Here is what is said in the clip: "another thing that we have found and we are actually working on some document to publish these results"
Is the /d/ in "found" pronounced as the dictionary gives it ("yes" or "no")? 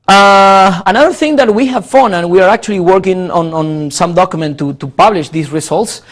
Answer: no